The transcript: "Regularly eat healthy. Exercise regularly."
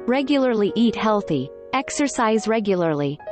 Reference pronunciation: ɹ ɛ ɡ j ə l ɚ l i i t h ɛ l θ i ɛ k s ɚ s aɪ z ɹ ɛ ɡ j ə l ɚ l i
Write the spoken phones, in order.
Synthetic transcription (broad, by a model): ɹ ɛ ɡ j l ɚ l i i t h ɛ l θ i ɛ k s ɚ s aɪ z ɹ ɛ ɡ j l ɚ l i